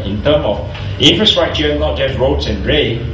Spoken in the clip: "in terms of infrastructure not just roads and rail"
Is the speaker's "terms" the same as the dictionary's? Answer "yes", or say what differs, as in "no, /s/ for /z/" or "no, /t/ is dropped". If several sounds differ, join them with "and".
no, /z/ is dropped